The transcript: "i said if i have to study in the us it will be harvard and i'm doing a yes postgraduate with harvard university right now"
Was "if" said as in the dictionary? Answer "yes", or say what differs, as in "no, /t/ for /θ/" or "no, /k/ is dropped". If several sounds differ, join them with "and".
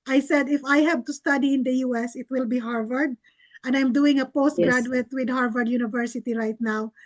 yes